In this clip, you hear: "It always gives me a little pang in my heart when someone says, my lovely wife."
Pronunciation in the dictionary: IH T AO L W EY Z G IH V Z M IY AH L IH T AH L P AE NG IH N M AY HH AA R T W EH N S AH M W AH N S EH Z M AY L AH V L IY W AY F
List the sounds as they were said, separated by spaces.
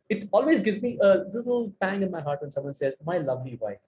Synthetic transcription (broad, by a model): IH T AO L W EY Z G IH V Z M IY AH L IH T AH L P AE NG IH N M AY HH AA R T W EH N S AH M W AH N S EH Z M AY L AH V L IY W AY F